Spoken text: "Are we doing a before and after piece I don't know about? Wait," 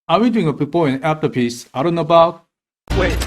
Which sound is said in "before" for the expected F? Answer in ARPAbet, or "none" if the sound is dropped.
P